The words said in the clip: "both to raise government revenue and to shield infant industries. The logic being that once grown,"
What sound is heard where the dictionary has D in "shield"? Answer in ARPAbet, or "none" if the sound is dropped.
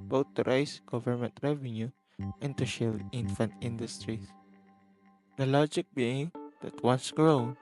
none